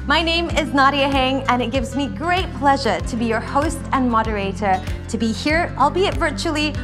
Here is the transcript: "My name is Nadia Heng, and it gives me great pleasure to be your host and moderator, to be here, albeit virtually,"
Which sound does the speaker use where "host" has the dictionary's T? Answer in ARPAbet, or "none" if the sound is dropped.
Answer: T